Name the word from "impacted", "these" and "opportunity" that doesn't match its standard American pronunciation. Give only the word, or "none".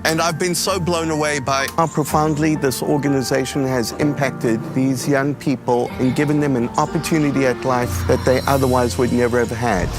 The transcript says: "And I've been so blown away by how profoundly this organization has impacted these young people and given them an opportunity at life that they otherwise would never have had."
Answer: none